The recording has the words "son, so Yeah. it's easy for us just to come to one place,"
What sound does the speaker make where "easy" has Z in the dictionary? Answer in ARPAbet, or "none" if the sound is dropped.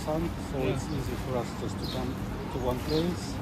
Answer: Z